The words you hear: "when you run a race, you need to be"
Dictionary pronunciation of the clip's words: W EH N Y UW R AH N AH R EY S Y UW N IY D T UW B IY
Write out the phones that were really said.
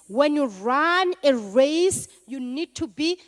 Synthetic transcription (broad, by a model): W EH N Y UW R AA N AH R EY S Y UW N IY D T UW B IY